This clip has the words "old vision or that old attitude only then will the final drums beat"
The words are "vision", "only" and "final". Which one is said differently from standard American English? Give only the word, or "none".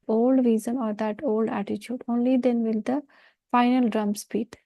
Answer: vision